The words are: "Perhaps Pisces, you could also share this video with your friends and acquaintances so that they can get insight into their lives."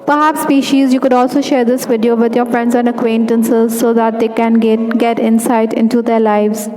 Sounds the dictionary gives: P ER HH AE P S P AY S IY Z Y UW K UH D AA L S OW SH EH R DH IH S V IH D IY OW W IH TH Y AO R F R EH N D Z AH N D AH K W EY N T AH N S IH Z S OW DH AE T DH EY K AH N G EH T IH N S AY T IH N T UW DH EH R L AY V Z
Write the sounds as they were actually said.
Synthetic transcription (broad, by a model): P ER HH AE P S P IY SH IY Z Y UW K UH D AA L S OW SH EH R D IH S V IH D IY OW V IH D Y AO R F R EH N D Z AH N D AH K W EY N T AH N S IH Z S OW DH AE T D EY K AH N G EH T IH N S AY T IH N T UW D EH R L AY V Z